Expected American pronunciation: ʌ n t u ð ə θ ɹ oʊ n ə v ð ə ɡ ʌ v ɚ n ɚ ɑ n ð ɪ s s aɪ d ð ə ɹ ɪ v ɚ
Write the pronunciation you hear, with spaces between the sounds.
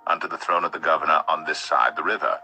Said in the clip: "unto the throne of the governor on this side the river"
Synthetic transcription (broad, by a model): ʌ n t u ð ə θ ɹ oʊ n ə v ð ə ɡ ʌ v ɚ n ɚ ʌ n ð ɪ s s aɪ d ð ə ɹ ɪ v ɚ